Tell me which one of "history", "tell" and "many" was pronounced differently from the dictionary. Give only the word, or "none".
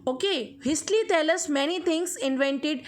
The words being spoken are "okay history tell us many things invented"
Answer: history